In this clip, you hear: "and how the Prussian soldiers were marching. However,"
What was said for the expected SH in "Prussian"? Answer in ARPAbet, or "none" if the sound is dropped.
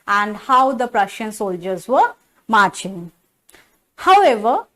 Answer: SH